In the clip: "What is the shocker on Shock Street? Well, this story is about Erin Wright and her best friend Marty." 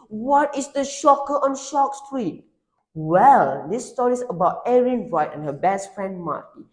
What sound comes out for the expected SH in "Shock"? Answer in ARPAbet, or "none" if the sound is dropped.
SH